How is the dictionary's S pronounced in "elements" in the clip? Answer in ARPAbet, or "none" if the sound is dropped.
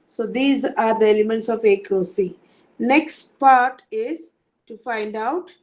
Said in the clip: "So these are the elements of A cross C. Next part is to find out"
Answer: S